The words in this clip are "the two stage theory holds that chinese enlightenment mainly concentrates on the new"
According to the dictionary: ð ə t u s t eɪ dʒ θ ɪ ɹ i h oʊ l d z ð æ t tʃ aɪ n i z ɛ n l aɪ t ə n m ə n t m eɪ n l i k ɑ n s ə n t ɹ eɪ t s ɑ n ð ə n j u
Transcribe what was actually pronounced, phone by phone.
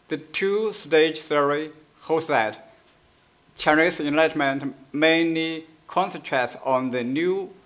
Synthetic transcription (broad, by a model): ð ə t u s t eɪ dʒ s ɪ ɹ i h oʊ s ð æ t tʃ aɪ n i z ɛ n l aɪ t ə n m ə n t m eɪ n l i k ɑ n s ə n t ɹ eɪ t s ɑ n ð ə n j u